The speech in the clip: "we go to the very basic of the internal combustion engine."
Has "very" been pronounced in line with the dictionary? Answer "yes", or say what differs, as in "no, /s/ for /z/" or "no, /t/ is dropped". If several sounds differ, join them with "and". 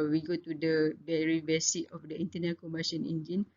no, /b/ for /v/